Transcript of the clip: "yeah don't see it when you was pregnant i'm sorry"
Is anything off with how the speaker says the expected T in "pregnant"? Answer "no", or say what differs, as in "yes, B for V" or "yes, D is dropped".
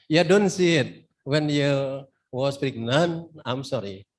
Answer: yes, T is dropped